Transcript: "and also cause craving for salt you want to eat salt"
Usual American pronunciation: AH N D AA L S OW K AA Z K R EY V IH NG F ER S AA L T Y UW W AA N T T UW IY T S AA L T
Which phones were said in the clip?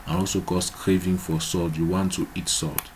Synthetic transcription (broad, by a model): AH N AA L S OW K AA S K R EY V IH NG F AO S AA L T Y UW W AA N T T UW IY T S AA L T